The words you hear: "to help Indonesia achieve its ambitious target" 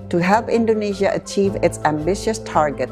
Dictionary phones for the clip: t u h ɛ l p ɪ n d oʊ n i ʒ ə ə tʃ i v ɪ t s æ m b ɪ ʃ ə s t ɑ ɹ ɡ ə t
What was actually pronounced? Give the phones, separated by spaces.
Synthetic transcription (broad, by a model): t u h ɛ l p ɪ n d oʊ n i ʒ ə ə tʃ i v ɪ t s æ m b ɪ ʃ ə s t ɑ ɹ ɡ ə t